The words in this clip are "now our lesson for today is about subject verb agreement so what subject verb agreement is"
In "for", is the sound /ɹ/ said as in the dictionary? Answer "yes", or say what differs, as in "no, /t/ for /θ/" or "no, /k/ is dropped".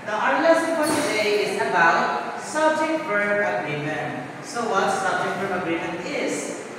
no, /l/ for /ɹ/